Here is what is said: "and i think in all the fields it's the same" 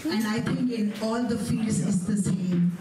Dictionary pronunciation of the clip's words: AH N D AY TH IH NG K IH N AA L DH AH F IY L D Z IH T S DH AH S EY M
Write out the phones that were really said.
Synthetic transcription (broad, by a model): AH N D AY T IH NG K IH N AA L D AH F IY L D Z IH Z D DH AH S EY M